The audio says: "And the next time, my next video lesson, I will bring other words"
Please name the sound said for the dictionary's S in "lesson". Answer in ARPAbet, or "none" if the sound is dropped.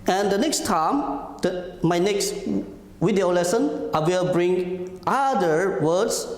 S